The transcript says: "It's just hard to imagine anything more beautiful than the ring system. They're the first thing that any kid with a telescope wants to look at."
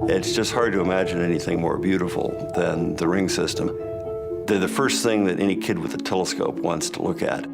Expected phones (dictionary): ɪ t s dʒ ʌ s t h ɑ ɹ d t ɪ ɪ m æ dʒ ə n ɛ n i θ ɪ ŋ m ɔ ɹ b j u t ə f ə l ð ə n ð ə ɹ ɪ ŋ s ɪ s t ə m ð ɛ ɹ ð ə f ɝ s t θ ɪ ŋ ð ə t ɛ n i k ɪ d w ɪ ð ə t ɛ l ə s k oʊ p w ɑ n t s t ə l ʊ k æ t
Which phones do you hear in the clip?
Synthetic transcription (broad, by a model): ɪ t s dʒ ʌ s t h ɑ ɹ d t ɪ ɪ m æ dʒ ə n ɛ n i θ ɪ ŋ m ɔ ɹ b j u t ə f l ð ə n ð ə ɹ ɪ ŋ s ɪ s t ə m ð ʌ ɹ ð ə f ɝ s t θ ɪ ŋ ð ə t ɛ n i k ɪ d w ɪ ð ə t ɛ l ə s k oʊ p w ɑ n t s t ə l ʊ k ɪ t